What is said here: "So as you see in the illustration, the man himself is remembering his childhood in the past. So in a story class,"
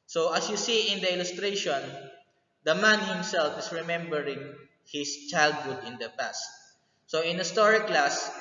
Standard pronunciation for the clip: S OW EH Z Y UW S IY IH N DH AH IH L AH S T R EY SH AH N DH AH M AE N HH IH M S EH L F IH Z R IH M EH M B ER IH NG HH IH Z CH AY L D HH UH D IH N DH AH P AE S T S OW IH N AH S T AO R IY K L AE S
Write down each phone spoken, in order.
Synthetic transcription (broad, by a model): S OW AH S Y UW S IY IH N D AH IH L AH S T R EY SH AH N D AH M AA N HH IH M S EH L F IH S R IH M EH M B ER IH NG HH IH S CH AY L D HH UH D IH N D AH P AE S T S OW IH N AH S T AO R IY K L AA S